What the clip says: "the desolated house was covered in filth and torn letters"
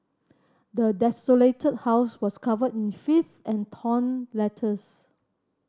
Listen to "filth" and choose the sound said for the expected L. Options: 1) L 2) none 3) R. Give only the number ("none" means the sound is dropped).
2